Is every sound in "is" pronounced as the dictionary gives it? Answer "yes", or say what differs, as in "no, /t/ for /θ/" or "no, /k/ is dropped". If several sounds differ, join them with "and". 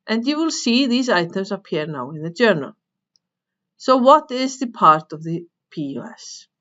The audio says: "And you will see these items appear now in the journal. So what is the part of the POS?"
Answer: yes